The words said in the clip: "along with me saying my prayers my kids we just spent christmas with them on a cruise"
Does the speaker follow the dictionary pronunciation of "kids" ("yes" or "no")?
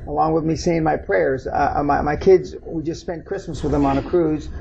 yes